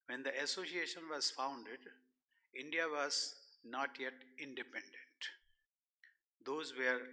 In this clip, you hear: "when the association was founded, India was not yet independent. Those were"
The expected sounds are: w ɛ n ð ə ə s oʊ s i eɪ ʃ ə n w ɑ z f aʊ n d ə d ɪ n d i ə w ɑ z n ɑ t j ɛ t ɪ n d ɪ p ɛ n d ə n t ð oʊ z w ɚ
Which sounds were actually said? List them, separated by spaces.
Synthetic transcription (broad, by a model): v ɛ n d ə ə s oʊ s i eɪ ʃ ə n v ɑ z f aʊ n d ə d ɪ n d i ə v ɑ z n ɑ t j ɛ t ɪ n d ɪ p ɛ n d ə n t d oʊ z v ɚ